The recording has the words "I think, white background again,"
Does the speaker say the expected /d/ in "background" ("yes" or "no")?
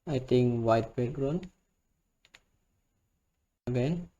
no